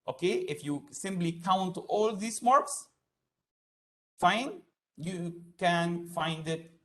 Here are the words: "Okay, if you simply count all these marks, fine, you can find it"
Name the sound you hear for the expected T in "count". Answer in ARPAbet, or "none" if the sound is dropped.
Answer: T